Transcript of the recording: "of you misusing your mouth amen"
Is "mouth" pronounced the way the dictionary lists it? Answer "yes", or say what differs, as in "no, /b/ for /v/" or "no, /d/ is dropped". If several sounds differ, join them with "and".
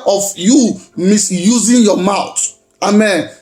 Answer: no, /t/ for /θ/